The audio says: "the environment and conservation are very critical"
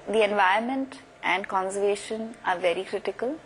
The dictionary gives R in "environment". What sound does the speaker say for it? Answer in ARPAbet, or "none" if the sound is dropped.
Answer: none